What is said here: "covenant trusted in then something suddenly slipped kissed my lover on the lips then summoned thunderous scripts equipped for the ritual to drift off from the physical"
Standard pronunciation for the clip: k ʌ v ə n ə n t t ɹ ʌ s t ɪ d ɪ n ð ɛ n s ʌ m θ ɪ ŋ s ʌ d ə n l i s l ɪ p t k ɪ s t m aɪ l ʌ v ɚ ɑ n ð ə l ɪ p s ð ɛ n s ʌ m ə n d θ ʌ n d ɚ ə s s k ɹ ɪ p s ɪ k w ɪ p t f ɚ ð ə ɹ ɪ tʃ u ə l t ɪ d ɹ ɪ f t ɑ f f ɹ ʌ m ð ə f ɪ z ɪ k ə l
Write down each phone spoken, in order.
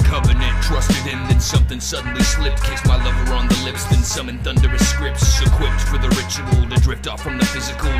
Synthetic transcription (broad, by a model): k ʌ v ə n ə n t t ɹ ʌ s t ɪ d ɪ n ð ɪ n s ʌ m θ ɪ ŋ s ʌ d n l i s l ɪ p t k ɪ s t m aɪ l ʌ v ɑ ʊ n ð ə l ɪ p s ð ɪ n s ʌ m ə n θ ʌ n d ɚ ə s s k ɹ ɪ p s ɪ k w ɪ p t f ɚ ð ə ɹ ɪ tʃ u ə l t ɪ d ɹ ɪ p t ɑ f f ɹ ʌ m ð ə f ɪ z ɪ k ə l